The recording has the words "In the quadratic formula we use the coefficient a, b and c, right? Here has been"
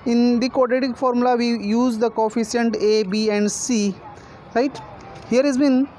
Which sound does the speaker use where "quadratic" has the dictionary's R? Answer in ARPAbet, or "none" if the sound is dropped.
none